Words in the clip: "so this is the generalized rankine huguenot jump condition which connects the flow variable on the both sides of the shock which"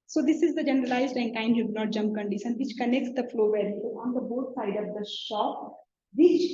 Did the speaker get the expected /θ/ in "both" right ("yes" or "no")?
no